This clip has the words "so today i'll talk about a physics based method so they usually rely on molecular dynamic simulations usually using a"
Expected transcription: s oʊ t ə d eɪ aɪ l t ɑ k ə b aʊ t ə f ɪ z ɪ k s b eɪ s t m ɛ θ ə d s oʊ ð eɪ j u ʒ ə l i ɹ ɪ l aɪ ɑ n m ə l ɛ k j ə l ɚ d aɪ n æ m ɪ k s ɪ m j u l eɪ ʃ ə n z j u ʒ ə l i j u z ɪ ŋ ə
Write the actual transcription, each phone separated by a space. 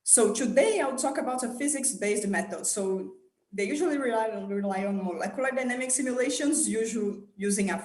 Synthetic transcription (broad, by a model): s oʊ t ə d eɪ aɪ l t ɑ k ə b aʊ t ə f ɪ z ɪ k s b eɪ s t m ɛ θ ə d s oʊ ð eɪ j u ʒ ə l i ɹ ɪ l aɪ ɑ n m ə l ɛ k j ə l ɚ d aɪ n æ m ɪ k s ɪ m j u l eɪ ʃ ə n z j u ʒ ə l j u z ɪ ŋ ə